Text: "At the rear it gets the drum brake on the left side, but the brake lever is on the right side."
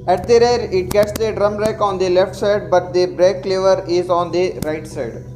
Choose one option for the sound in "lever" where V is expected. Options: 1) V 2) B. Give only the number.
1